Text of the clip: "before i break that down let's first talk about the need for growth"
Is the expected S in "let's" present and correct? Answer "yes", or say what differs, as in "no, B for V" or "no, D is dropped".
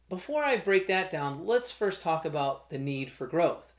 yes